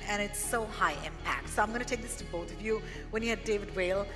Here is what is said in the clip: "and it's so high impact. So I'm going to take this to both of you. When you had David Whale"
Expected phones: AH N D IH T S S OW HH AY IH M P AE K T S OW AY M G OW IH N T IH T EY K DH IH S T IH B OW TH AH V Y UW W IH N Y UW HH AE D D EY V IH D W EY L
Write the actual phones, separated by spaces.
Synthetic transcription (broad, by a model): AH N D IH T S S OW HH AY IH M P AE K T S OW AY M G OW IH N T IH T EY K DH IH S T IH B OW TH AH V Y UW W IH N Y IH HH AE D D EY V IH D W EY L